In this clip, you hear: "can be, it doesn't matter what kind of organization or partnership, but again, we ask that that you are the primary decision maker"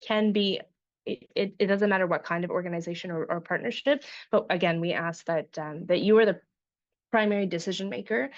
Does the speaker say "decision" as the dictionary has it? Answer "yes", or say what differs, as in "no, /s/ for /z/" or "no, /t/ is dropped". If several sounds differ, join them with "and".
yes